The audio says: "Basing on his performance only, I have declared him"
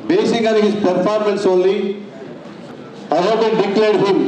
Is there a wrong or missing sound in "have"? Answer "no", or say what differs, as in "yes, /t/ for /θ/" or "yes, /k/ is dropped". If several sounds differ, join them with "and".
yes, /b/ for /v/